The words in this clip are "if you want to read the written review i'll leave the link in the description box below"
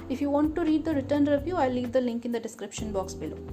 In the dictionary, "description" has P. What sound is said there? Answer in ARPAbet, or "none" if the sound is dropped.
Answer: P